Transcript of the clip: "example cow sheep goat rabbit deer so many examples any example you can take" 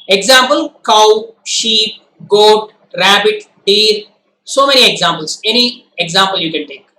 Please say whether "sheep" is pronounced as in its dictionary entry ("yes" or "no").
yes